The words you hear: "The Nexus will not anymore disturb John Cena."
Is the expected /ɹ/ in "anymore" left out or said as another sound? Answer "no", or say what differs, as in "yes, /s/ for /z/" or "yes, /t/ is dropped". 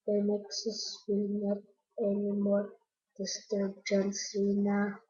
yes, /l/ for /ɹ/